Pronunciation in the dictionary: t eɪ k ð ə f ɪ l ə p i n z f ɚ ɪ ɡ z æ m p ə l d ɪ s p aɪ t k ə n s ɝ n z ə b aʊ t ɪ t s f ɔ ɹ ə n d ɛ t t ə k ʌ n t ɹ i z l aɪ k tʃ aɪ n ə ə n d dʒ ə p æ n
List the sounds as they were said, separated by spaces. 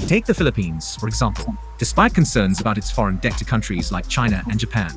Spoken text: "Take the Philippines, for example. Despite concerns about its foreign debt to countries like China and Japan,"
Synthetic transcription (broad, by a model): t eɪ k ð ə f ɪ l ə p i n z f ɚ ɪ ɡ z æ m p ə l d ɪ s p aɪ t k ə n s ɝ n z ə b aʊ t ɪ t s f ɔ ɹ ə n d ɛ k t ə k ʌ n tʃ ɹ i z l aɪ k tʃ aɪ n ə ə n dʒ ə p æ n